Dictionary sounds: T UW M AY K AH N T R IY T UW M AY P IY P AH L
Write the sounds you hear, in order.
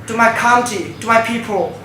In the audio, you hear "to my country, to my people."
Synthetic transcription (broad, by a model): T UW M AY K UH N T IY T UW M AY P IY P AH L